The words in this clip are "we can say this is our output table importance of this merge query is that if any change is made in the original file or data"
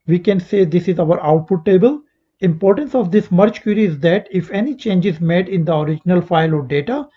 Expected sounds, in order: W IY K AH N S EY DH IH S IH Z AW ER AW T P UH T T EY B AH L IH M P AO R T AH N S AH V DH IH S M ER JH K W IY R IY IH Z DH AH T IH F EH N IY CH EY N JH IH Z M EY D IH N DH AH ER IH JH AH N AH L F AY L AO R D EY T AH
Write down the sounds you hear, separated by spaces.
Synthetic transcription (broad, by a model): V IY K AH N S EY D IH S IH Z AW ER AW T P UH T T EY B AH L IH M P AO R T AH N S AH V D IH S M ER CH K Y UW R IY IH Z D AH T IH F EH N IY CH EY N JH IH Z M EY D IH N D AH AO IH JH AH N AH L F AY L AO R D EY T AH